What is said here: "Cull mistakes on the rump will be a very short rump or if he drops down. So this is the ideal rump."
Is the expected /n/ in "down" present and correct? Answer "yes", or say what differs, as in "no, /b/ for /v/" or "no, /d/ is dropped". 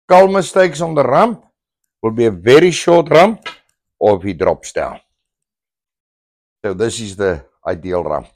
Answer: no, /l/ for /n/